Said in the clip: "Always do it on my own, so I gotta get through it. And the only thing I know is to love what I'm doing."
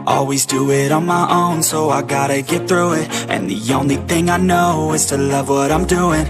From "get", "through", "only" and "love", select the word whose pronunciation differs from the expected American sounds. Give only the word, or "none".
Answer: none